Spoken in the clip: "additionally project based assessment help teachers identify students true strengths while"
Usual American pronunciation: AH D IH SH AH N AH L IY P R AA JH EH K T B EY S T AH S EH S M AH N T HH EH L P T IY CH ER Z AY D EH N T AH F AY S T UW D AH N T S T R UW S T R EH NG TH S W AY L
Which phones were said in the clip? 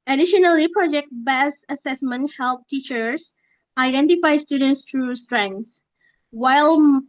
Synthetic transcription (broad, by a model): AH D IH SH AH N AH L IY P R AA JH EH K T B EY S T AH S EH S M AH N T HH EH L P T IY CH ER S AY D EH N T AH F AY S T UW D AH N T S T R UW S T R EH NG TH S W AY L